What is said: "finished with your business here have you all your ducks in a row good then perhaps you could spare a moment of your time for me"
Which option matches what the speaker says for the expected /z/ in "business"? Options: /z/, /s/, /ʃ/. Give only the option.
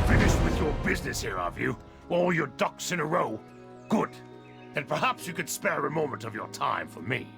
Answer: /z/